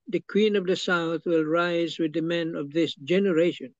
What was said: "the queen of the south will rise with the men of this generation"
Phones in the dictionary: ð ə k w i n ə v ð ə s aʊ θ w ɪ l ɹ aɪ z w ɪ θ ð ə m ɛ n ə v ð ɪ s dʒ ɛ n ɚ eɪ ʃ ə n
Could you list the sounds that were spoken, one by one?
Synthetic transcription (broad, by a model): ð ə k w i n ə v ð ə s aʊ θ w ɪ l ɹ aɪ z w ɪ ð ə m ɛ n ə v ð ɪ s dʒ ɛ n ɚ eɪ ʃ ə n